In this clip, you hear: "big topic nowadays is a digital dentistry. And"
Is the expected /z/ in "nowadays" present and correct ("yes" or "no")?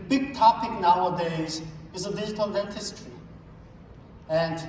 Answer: yes